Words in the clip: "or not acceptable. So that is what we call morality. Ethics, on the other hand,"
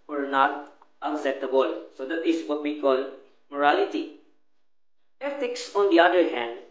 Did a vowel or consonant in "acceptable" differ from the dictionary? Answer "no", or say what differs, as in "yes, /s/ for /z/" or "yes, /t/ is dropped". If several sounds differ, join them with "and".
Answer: yes, /p/ is dropped